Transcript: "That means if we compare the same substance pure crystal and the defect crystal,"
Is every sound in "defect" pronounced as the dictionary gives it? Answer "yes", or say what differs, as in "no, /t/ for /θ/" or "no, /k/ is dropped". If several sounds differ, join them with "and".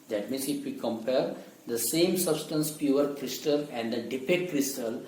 no, /p/ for /f/